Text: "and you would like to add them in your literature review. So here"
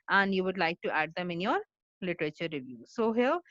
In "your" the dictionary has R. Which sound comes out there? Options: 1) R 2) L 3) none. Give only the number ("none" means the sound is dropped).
1